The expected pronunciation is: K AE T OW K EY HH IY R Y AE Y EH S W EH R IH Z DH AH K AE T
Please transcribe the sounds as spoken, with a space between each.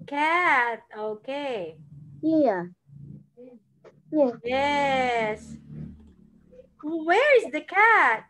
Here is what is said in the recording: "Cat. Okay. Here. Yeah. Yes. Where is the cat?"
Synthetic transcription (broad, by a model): K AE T OW K EY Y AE Y AE Y EH S W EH R IH Z DH AH K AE T